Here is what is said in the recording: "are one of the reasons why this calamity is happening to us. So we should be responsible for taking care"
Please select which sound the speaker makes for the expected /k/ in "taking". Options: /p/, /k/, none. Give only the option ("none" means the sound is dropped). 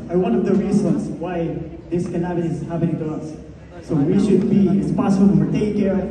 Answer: none